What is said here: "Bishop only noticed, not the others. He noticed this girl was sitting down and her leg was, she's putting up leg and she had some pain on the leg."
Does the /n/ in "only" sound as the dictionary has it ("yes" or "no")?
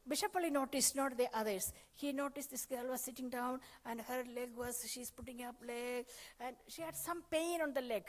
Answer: no